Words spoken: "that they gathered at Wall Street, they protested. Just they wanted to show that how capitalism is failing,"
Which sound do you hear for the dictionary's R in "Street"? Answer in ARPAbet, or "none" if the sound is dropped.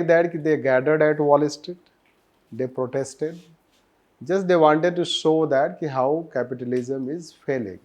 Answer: none